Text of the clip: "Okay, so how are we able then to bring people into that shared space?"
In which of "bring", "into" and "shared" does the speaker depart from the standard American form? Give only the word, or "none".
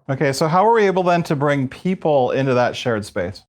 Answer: none